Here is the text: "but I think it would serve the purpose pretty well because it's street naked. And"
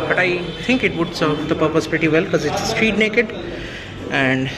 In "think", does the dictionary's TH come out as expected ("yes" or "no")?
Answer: no